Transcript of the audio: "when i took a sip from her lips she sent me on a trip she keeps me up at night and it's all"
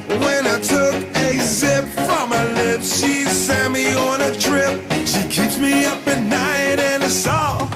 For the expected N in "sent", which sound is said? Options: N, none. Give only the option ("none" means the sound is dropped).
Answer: none